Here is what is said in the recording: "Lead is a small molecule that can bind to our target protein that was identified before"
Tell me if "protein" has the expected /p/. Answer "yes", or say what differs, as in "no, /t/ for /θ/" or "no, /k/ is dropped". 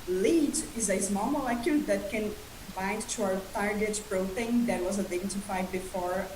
no, /b/ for /p/